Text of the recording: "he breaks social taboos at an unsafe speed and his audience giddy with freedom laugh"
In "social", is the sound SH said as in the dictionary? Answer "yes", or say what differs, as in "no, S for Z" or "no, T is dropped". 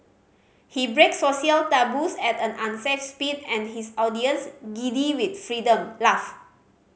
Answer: no, SH is dropped